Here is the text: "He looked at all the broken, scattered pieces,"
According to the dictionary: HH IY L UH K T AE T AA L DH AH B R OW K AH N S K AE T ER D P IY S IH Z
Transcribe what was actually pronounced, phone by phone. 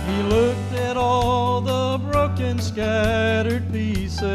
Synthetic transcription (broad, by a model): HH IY L UH K T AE T AA L DH AH B R OW K AH N S K AE T ER D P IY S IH